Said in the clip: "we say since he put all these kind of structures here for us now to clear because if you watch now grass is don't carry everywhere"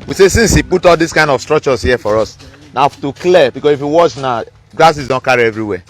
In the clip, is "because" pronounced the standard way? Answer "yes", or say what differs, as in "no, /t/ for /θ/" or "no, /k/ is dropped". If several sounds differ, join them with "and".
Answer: no, /s/ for /z/